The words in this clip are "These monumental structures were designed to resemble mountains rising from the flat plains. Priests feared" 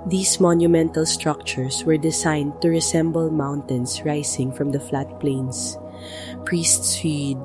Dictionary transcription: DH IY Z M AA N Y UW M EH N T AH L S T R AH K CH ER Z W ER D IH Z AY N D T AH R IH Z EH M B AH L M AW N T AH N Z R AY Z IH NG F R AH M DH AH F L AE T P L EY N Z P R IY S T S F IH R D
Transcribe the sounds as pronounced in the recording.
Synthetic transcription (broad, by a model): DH IY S M AA N Y UW M EH N T AH L S T R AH K CH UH S W ER D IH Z AY N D T AH R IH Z EH M B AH L M AW N T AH N S R AY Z IH NG F R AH M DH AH F L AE T P L EY N S P R IY S T S F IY D